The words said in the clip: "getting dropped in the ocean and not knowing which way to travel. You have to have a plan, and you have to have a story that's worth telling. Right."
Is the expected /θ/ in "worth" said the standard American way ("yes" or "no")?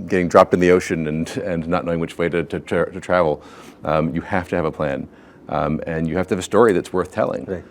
yes